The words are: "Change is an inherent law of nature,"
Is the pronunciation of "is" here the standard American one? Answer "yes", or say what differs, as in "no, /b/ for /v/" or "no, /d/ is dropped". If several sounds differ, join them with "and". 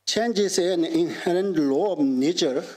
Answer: no, /s/ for /z/